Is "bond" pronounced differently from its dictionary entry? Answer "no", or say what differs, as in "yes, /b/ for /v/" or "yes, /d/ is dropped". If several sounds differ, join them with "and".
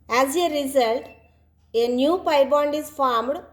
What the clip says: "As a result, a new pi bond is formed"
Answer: no